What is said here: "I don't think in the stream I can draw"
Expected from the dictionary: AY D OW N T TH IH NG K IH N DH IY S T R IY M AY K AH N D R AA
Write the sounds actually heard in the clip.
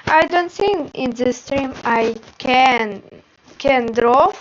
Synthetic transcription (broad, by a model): AY D OW N T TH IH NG IH N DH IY S T R IY M AY K AH N D R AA